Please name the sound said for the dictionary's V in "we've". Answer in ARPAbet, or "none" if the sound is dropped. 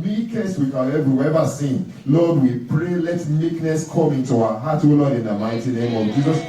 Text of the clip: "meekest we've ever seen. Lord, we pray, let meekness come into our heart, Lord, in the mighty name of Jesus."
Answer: W